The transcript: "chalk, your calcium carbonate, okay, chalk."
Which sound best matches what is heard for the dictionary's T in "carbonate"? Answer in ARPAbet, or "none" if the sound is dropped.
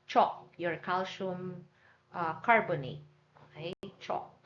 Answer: none